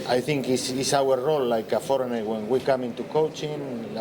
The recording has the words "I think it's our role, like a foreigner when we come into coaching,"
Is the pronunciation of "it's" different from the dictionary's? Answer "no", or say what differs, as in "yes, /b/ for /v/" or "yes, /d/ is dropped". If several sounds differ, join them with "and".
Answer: yes, /s/ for /t/